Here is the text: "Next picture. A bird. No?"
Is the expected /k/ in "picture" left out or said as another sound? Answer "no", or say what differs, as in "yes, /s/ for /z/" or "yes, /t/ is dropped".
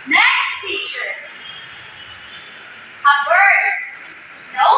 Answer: yes, /k/ is dropped